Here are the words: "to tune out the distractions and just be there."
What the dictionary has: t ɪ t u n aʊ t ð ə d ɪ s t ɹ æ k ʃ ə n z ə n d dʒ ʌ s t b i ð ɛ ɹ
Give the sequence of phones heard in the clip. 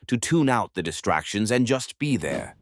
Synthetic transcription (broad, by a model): t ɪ t u n aʊ t ð ə d ɪ s t ɹ æ k ʃ ə n z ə n dʒ ʌ s t b i ð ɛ ɹ